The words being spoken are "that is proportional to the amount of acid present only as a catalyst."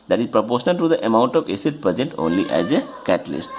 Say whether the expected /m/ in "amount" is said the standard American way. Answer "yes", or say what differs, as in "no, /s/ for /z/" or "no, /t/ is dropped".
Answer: yes